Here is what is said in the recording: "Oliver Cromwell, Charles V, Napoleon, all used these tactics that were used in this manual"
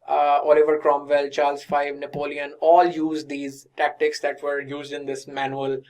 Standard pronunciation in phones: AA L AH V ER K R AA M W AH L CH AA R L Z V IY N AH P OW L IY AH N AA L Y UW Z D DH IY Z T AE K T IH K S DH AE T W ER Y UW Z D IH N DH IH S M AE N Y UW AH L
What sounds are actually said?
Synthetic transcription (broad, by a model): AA L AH V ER K R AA M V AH L CH AA R L Z F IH N AH P OW L IY AH N AA L Y UW Z D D IY Z T AE K T IH K S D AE T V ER Y UW Z D IH N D IH S M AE N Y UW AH L